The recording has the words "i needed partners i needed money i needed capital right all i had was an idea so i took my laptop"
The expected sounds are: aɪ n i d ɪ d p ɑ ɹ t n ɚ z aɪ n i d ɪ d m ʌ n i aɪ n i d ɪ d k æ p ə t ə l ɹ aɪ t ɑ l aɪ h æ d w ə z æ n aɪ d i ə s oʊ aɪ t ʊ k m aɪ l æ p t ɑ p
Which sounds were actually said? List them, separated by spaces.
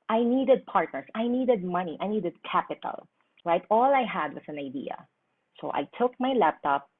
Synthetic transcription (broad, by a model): aɪ n i d ɪ d p ɑ ɹ t n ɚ s aɪ n i d ɪ d m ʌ n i aɪ n i d ɪ d k æ p ə t ə l ɹ aɪ t ɑ l aɪ h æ d w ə s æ n aɪ d i ə s oʊ aɪ t ʊ k m aɪ l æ p t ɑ p